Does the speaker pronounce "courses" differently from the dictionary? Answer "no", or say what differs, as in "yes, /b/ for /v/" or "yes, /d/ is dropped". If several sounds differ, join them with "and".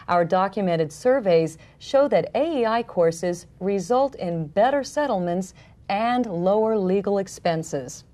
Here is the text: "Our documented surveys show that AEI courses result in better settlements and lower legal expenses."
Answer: no